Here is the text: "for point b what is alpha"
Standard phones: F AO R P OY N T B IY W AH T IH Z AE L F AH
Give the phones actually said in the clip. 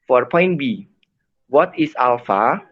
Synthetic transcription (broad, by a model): F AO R P OY N T B IY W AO T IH S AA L F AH